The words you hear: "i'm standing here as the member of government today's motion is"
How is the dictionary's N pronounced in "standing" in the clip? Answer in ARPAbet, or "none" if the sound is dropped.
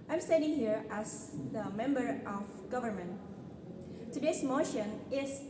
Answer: none